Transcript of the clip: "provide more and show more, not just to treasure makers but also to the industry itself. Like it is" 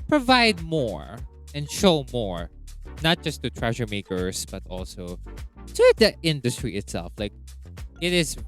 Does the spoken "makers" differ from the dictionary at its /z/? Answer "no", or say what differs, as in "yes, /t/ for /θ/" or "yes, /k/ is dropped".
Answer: yes, /s/ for /z/